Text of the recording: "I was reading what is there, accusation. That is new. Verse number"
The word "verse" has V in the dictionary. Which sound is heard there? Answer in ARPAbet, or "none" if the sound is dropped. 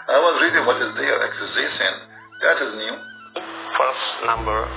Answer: P